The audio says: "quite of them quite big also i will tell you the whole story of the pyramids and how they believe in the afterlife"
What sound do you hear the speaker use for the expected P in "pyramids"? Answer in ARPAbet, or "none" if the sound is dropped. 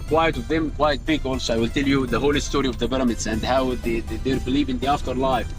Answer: B